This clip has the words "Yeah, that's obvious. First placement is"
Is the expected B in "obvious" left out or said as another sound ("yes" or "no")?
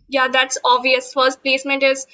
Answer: yes